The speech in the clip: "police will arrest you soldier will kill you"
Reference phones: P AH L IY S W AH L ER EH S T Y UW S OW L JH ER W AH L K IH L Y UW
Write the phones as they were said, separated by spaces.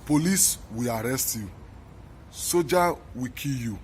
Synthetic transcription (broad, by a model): P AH L IY S W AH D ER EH S T Y UW S OW JH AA W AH K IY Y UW